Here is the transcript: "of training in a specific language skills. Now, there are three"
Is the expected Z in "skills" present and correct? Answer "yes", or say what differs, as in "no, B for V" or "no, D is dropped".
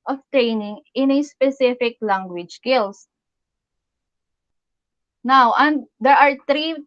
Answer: no, S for Z